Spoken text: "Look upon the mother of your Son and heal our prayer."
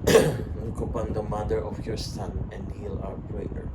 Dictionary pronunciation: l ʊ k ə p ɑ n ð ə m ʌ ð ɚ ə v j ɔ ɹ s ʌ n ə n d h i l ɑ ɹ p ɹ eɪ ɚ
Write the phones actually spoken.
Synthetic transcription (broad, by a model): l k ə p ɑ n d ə m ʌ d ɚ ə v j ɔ ɹ s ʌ n ə n d h i l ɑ w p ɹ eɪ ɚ